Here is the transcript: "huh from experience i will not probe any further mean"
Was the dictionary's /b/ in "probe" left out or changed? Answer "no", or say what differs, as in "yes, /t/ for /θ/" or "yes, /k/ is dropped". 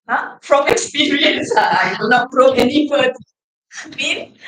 yes, /b/ is dropped